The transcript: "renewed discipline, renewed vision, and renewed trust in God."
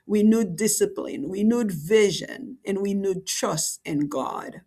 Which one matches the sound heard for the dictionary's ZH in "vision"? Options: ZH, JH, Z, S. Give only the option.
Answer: ZH